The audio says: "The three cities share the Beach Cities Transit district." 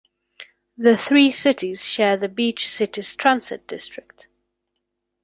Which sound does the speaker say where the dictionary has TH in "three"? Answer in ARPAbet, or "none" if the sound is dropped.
TH